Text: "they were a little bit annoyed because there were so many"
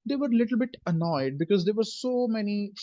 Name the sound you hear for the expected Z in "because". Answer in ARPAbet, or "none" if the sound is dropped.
Z